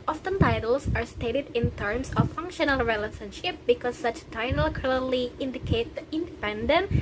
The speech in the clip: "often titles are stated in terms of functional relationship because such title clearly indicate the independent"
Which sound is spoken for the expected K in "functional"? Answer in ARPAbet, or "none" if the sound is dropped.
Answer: K